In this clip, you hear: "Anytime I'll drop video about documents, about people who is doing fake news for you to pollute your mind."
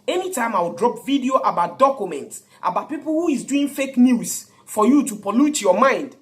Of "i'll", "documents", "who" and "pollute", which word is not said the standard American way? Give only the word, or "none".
i'll